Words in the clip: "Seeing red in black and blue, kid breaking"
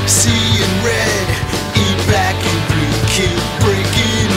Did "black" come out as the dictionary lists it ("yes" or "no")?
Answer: no